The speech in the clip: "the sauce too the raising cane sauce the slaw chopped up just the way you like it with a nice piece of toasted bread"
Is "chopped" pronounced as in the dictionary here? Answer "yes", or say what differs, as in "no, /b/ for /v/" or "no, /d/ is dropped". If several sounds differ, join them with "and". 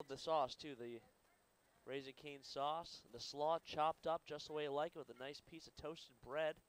yes